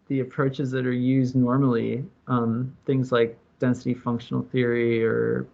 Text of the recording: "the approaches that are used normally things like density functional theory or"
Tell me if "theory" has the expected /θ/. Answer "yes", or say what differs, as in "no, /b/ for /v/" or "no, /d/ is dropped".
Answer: yes